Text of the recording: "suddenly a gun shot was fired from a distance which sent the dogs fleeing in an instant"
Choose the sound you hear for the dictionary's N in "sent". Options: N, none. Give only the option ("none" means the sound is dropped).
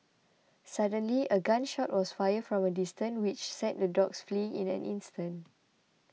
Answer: none